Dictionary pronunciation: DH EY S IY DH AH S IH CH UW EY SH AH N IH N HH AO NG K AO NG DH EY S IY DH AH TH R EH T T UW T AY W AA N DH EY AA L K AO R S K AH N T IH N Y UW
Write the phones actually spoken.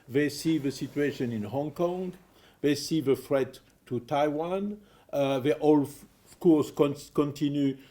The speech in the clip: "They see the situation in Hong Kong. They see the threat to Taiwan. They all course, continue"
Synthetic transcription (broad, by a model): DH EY S IY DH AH S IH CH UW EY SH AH N IH N HH AO NG K AO NG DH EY S IY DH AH F R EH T T UW T AY W AA N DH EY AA L K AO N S K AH N T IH N Y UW